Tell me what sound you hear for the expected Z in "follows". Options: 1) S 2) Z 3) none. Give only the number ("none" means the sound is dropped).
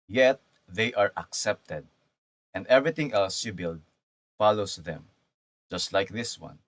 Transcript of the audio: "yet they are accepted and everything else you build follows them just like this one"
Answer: 1